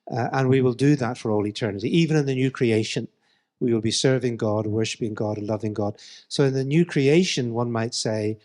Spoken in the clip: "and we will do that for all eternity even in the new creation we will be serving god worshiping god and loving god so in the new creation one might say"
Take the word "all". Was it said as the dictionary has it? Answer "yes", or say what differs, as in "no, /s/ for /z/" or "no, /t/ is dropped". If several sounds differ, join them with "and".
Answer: yes